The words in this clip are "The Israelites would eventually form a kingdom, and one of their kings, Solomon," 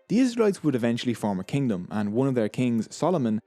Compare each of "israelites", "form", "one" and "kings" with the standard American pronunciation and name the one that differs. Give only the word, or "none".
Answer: none